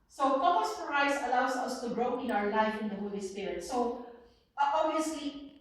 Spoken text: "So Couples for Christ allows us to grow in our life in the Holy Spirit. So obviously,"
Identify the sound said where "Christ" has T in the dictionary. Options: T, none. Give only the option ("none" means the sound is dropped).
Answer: none